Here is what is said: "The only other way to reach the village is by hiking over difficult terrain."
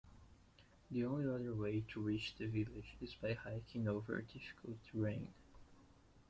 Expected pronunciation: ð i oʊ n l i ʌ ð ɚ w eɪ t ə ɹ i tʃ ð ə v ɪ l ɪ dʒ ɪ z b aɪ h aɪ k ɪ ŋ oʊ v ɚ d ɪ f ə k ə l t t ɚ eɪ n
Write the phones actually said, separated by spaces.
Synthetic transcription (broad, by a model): ð i oʊ n l i ʌ ð ɚ w eɪ t ə ɹ i tʃ ð ə v ɪ l ɪ dʒ ɪ z b aɪ h aɪ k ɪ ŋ oʊ v ɚ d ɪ f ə k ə l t t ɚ eɪ n